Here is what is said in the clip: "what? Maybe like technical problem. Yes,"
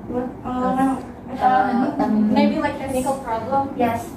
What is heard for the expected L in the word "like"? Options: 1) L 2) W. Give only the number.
2